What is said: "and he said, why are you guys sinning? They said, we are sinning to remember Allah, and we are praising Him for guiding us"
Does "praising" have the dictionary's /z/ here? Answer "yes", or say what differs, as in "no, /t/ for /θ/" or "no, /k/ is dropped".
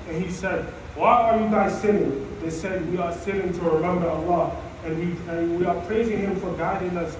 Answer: yes